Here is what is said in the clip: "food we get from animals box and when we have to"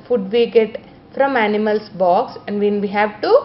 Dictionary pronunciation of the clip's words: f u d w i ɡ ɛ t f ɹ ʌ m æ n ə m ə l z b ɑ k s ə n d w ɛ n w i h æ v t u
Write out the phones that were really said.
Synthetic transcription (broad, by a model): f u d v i ɡ ɛ t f ɹ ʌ m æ n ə m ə l s b ɑ k s ə n d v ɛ n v i h æ v t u